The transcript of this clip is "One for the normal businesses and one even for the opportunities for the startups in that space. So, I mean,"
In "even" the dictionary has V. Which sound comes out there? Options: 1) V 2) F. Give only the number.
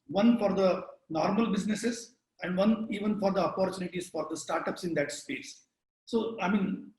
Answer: 1